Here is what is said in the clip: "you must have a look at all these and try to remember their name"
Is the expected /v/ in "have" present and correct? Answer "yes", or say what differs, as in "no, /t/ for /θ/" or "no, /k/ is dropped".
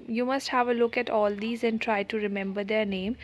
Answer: yes